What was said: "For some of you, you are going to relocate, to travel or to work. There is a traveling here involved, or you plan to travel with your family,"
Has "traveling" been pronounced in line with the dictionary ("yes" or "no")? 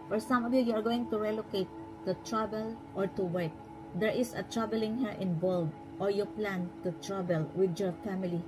no